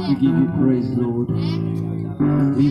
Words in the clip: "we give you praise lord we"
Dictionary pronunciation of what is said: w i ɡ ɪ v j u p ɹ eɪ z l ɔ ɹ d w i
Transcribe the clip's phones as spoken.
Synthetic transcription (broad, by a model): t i ɡ ɪ v j u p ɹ eɪ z l ɔ ɹ d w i